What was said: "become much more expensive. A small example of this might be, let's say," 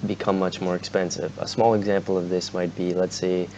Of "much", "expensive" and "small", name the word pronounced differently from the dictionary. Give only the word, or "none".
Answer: none